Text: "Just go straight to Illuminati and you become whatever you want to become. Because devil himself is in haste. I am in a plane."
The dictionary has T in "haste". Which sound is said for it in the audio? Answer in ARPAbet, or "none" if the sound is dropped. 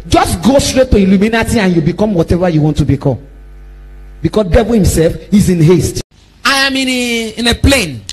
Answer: T